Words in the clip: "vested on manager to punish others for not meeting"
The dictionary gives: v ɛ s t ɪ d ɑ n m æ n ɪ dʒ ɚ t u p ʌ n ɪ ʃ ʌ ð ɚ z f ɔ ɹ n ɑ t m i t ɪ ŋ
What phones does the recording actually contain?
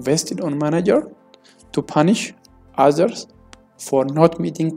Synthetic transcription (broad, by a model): v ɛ s t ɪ d ɑ n m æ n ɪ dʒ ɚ t u p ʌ n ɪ ʃ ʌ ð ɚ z f ɔ ɹ n ɑ t m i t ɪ ŋ